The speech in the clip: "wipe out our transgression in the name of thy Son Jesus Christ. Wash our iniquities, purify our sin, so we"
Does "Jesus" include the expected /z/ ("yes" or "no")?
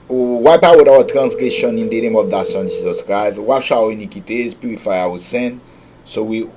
no